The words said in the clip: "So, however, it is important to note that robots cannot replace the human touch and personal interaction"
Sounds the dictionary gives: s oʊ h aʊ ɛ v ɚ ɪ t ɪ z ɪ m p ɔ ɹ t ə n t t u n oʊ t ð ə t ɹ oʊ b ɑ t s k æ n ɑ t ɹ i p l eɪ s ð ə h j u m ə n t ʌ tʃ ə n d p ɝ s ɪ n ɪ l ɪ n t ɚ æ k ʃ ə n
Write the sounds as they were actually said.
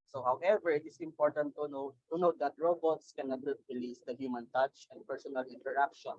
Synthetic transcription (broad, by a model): s oʊ h aʊ ɛ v ɚ ɪ t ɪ s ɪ m p ɔ ɹ t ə n t t u n oʊ t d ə t ɹ oʊ b ɑ t s k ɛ n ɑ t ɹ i l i s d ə h j u m ə n t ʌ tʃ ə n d p ɝ s ɪ n ɪ l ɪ n t ɚ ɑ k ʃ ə n